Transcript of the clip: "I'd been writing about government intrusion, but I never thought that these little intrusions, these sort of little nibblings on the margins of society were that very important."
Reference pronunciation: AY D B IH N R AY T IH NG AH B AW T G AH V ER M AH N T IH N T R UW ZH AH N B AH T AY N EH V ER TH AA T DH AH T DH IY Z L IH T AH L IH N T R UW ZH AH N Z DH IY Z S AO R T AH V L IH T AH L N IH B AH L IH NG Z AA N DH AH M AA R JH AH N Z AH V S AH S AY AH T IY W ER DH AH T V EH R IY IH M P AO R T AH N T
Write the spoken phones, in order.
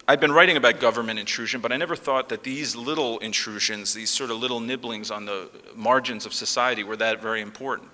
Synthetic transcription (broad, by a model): AY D B IH N R AY T IH NG AH B AW T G AH V ER M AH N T IH N T R UW ZH AH N B AH T AY N EH V ER TH AA T DH AH T DH IY Z L IH T L IH N T R UW ZH AH N Z DH IY Z S AO R T AH V L IH T L N IH B L IH NG Z N DH AH M AA R JH AH N Z AH V S AH S AY AH T IY W ER DH AH T V EH R IY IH M P AO R T N T